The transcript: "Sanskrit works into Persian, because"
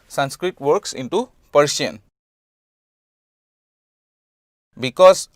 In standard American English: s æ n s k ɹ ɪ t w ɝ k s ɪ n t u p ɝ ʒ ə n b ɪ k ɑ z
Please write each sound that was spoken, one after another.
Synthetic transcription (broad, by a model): s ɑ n s k ɹ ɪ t w ɝ k s ɪ n t u p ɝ s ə n b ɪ k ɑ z